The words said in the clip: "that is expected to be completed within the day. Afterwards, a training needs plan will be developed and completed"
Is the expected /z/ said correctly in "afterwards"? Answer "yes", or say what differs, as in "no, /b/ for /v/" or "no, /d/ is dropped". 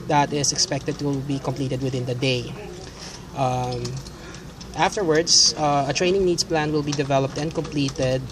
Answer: no, /s/ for /z/